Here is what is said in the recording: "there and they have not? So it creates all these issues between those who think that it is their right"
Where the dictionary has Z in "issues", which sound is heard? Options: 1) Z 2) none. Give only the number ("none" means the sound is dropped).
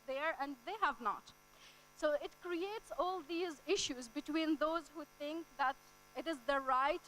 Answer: 1